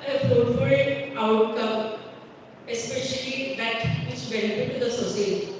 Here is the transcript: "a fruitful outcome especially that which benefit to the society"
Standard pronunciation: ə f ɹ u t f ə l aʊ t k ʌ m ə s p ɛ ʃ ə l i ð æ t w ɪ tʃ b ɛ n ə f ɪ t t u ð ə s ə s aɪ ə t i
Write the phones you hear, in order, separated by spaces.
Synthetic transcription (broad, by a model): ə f ɔ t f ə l aʊ t k ʌ m ə s p ɛ ʃ ə l i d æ t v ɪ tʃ b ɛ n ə f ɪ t t u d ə s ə s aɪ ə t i